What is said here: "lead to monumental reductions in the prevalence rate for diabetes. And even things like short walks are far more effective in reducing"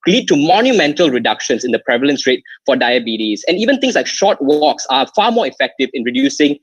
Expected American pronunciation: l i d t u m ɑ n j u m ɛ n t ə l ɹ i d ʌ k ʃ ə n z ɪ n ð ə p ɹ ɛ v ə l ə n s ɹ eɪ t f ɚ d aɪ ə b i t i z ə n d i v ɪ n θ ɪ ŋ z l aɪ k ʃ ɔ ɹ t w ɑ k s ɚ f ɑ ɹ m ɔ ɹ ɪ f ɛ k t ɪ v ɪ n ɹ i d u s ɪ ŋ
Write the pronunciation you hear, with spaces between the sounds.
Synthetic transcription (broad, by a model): l i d t u m ɑ n j u m ɛ n t ə l ɹ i d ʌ k ʃ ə n s ɪ n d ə p ɹ ɛ v ə l ə n s ɹ eɪ t f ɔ d aɪ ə b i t i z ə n i v ɪ n t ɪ ŋ s l aɪ k ʃ ɔ t w ɑ k s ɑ f ɑ m ɔ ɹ ɪ f ɛ k t ɪ v ɪ n ɹ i d u s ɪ ŋ